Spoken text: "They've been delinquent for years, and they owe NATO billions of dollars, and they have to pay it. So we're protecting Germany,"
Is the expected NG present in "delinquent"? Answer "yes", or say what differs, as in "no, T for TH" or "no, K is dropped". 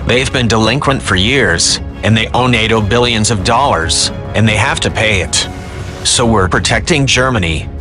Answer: yes